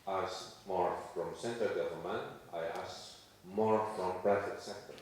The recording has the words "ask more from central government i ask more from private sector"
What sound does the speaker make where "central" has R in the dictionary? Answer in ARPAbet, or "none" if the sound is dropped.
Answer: none